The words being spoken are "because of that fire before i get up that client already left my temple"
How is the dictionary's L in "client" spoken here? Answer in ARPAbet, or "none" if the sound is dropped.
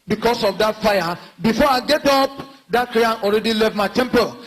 none